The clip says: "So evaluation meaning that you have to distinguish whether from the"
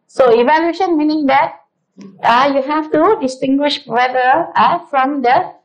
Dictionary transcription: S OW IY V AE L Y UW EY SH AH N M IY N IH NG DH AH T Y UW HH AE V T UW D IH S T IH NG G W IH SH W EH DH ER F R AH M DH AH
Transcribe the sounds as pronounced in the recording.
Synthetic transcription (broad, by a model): S OW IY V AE L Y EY SH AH N M IY N IH NG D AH T Y UW HH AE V T UW D IH S T IH NG G W IH SH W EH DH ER F R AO M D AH